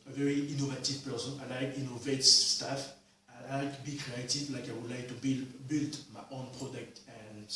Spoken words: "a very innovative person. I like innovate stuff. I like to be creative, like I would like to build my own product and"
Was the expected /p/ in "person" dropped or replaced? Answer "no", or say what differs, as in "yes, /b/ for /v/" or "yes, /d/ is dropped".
no